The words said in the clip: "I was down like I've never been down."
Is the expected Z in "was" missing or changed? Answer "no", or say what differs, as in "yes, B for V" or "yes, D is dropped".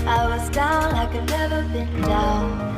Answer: no